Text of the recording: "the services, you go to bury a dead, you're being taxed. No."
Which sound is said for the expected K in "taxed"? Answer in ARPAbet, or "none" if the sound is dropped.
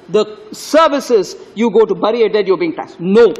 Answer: none